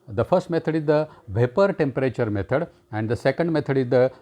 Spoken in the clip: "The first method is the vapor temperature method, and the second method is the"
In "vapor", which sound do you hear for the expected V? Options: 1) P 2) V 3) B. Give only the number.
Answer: 2